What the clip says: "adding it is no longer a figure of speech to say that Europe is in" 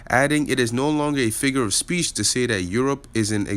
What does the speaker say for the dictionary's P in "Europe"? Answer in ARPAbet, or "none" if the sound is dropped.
P